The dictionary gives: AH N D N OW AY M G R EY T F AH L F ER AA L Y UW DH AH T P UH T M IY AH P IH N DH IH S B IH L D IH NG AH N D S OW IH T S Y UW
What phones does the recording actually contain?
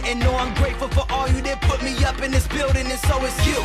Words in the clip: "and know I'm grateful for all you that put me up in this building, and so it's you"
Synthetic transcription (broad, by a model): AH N N OW AY M G R EY T F L F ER AA L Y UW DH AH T P UH T M IY AH P IH N DH IH S B IH L D IH NG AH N S OW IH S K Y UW